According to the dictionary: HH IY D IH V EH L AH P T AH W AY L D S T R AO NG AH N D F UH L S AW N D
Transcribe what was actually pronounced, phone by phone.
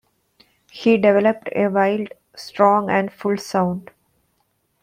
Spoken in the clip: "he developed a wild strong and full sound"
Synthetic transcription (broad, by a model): HH IY D IH V EH L AH P T AH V AY L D S T R AO NG AH N D F UH L S AW N D